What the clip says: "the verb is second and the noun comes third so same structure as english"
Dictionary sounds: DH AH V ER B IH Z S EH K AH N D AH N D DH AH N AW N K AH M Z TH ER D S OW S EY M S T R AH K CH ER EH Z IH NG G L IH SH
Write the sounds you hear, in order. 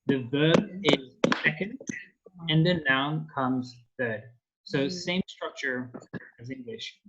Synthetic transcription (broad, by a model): DH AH V ER B IH Z S EH K AH N D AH N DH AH N AW N K AH M Z TH ER D S OW S EY M S T R AH K CH ER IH Z IH NG G L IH SH